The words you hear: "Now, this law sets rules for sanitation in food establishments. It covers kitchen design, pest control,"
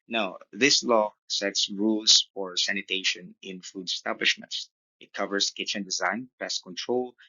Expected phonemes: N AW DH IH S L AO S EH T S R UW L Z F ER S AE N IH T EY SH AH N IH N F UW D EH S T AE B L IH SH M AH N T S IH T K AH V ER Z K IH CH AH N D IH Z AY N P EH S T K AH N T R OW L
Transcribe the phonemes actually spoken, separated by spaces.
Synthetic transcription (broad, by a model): N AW DH IH S L AO S EH T S R UW L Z F ER S AE N IH T EY SH AH N IH N F UW D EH S T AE B L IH SH M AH N T S IH T K AH V ER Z K IH CH AH N D IH Z AY N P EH S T K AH N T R OW L